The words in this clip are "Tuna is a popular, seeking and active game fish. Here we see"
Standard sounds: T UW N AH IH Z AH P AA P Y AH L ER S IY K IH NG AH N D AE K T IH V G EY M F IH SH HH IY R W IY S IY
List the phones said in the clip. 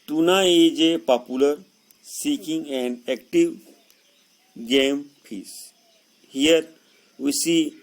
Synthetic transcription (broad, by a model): T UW N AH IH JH AH P AA P Y AH L ER S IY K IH NG AH N D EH K T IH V G EY M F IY S HH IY R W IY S IY